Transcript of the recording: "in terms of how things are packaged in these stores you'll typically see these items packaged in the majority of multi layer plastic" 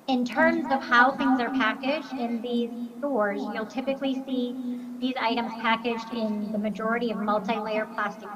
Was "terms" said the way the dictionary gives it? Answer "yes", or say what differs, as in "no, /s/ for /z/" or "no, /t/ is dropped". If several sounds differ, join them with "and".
yes